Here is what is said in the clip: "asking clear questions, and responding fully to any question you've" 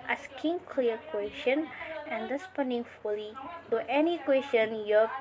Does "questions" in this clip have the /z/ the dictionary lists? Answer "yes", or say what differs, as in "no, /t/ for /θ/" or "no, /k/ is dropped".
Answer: no, /z/ is dropped